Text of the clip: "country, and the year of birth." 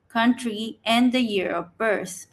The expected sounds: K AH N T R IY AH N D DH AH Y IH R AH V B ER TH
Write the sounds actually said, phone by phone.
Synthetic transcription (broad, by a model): K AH N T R IY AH N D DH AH Y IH R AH P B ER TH